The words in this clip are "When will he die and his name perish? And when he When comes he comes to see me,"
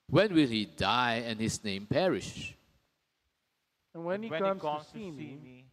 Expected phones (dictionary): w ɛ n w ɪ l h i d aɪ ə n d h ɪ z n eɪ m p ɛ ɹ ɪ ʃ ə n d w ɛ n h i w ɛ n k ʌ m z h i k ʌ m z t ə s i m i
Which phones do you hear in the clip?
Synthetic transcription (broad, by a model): w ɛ n w ɪ l h i d aɪ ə n h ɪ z n eɪ m p ɛ ɹ ɪ ʃ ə n w ɛ n h i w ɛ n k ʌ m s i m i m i